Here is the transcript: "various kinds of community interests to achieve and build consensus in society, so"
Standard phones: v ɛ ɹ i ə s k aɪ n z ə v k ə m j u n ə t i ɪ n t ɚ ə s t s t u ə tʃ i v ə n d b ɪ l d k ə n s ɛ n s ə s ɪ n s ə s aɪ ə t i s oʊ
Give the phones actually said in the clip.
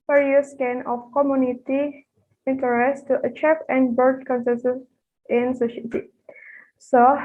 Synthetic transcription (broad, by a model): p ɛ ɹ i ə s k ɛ n ə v k ə m j u n ə t i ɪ n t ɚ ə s s t u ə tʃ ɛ p ə n d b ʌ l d k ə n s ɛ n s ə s ɪ n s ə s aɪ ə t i s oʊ